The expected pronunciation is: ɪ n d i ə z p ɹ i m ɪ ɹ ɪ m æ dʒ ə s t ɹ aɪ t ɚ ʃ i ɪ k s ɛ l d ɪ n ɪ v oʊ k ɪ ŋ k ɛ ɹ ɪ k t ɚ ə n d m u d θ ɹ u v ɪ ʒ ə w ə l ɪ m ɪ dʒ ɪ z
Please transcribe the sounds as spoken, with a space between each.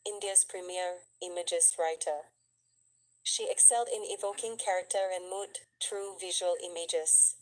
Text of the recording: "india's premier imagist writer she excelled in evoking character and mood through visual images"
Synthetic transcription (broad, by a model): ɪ n d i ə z p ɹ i m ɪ ɹ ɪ m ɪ dʒ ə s ɹ aɪ t ɚ ʃ i ɪ k s ɛ l d ɪ n ɪ v oʊ k ɪ ŋ k ɛ ɹ ɪ k t ɚ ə n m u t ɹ u v ɪ ʒ ə w ə l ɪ m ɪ dʒ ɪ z